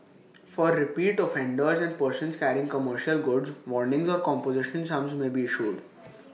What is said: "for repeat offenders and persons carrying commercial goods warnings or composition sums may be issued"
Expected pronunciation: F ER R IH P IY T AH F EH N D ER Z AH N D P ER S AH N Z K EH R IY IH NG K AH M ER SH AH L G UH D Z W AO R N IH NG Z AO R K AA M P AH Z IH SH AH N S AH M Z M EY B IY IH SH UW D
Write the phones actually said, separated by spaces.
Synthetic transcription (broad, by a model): F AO R IH P IY T AH F EH N D ER Z AH N D P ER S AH N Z K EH R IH NG K AH M ER SH AH L G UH D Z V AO R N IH NG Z AO R K AA M P AH Z IH SH AH N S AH M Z M EY B IY IH SH UW D